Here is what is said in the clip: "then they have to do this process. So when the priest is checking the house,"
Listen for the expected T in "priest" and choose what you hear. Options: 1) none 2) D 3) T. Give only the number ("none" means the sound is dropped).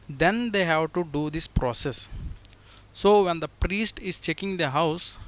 3